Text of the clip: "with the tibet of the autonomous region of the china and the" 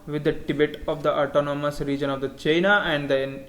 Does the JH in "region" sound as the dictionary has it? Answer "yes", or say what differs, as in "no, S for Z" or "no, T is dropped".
yes